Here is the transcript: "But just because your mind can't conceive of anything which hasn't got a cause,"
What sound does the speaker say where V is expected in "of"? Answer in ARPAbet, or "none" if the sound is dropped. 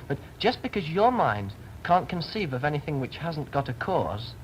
V